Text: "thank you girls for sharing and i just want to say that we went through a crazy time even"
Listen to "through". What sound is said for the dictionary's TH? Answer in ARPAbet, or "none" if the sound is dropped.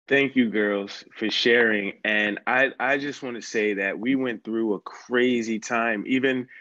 TH